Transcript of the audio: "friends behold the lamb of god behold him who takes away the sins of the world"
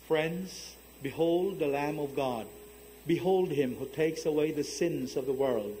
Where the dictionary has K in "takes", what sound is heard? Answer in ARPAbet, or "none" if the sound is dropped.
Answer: K